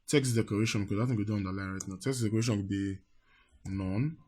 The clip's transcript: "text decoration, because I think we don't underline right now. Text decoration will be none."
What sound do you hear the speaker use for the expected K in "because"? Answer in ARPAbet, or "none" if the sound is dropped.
none